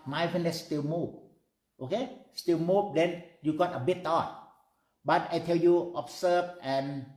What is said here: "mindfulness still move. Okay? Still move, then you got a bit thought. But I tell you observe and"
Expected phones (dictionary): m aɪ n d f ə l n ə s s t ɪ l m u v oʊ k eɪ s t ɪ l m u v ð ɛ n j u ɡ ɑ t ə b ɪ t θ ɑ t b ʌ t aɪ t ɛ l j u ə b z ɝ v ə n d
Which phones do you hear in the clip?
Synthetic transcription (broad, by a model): m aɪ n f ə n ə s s t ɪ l m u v oʊ k eɪ s t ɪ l m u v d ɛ n j u ɡ ɑ t ə b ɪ t t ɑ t b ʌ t aɪ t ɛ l j u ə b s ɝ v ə n